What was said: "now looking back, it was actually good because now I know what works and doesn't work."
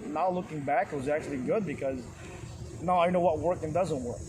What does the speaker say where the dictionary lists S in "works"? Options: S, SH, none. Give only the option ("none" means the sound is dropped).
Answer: none